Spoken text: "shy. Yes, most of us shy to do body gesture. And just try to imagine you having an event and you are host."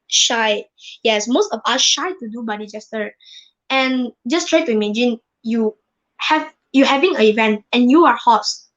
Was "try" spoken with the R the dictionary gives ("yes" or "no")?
yes